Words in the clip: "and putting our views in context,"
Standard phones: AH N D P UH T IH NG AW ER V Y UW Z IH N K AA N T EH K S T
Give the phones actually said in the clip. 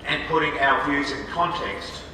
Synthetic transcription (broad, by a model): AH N P UH T IH NG AW ER V Y UW Z IH N K AA N T EH K S T